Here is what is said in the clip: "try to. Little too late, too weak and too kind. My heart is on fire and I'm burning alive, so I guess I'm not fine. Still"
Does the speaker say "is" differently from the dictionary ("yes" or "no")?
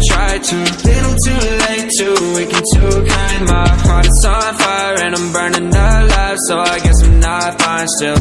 yes